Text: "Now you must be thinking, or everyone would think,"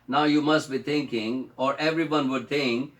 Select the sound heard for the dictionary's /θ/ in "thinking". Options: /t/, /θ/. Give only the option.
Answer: /t/